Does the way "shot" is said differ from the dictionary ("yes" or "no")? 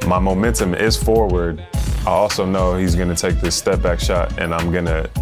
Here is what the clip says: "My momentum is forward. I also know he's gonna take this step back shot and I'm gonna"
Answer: no